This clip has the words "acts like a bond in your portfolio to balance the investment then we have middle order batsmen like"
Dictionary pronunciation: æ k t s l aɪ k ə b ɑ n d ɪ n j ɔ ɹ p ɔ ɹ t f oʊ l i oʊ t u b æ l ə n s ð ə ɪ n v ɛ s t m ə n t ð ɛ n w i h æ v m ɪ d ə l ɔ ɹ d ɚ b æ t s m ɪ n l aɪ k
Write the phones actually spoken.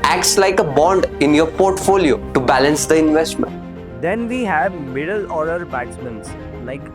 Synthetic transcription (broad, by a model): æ k t s l aɪ k ə b ɑ n d ɪ n j ɔ ɹ p ɔ ɹ t f oʊ l i oʊ t u b æ l ə n s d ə ɪ n v ɛ s t m ə n t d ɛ n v i h æ v m ɪ d ə l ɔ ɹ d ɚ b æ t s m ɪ n l aɪ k